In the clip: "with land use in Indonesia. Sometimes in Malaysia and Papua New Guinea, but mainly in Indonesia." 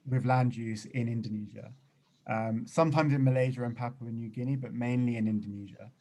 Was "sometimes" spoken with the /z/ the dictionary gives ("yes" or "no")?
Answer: yes